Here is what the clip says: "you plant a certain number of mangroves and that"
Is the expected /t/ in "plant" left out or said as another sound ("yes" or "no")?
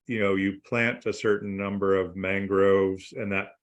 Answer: no